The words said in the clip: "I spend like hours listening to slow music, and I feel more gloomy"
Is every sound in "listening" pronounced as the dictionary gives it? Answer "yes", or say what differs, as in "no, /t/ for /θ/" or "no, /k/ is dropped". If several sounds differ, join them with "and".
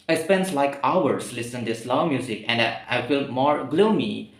no, /n/ is dropped